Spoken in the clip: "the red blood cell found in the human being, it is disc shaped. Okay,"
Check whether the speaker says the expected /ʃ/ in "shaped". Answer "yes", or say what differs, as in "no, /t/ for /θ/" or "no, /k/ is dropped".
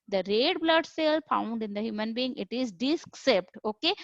no, /s/ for /ʃ/